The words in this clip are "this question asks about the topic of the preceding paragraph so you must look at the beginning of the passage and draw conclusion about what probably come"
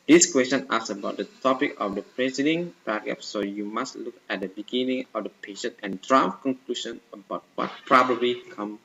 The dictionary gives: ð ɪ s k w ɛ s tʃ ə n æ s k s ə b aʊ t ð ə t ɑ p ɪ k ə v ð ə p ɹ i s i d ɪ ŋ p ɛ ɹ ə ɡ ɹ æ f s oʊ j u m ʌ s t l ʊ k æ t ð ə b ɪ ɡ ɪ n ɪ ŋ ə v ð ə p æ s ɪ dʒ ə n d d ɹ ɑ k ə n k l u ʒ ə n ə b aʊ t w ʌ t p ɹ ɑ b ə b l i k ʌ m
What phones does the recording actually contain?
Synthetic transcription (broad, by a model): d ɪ s k w ɛ s tʃ ə n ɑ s s ə b aʊ t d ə t ɑ p ɪ k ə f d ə p ɹ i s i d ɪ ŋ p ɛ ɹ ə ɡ ɛ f s oʊ j u m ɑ s t l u k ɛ t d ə b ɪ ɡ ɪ n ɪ ŋ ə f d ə p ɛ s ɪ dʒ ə n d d ɹ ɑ k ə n k l u ʃ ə n ə b aʊ t w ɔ t p ɹ ɑ b ə b l i k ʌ m